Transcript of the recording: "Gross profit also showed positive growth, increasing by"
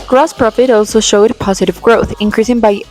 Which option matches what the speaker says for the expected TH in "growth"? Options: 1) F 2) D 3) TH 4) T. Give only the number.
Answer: 3